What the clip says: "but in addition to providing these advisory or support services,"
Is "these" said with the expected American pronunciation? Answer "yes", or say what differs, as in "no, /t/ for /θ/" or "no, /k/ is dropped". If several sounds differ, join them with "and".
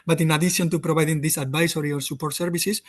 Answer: no, /s/ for /z/